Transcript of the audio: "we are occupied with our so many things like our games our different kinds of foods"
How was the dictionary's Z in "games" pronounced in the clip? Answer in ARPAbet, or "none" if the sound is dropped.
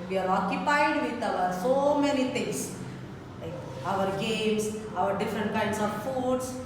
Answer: S